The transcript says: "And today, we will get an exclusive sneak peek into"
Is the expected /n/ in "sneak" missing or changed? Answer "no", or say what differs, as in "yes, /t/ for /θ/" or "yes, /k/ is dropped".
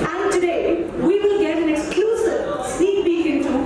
yes, /n/ is dropped